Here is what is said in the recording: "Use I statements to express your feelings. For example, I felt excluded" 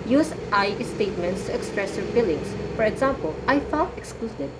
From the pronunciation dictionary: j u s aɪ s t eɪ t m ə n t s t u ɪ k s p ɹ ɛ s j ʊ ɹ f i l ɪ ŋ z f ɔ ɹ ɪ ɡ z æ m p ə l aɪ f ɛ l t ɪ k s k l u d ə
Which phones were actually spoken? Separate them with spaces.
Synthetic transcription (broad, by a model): j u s aɪ s t eɪ t m ə n t s t u ɪ k s p ɹ ɛ s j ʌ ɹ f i l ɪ ŋ s f ɔ ɹ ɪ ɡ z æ m p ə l aɪ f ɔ t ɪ k s k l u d